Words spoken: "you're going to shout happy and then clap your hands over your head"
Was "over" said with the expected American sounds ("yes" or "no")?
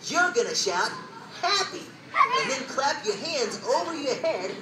yes